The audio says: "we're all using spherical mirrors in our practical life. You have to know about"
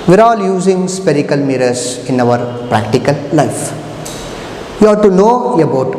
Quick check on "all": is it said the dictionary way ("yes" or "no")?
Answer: yes